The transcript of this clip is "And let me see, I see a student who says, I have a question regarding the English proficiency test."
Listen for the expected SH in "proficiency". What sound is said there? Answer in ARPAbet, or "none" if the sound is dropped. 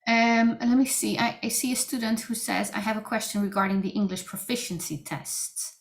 SH